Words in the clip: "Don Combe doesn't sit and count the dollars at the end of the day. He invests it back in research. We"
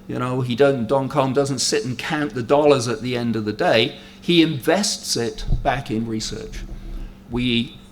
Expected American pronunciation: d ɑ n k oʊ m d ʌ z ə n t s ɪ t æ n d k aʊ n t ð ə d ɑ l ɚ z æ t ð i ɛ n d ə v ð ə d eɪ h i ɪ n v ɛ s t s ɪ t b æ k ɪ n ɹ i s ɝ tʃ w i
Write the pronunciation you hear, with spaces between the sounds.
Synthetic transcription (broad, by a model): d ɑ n k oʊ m d ʌ z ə n t s ɪ t n k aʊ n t ð ə d ɑ l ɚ z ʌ t ð i ɛ n d ə v ð ə d eɪ i ɪ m v ɛ s t s ɪ t b æ k ɪ n ɹ i s ɝ tʃ w i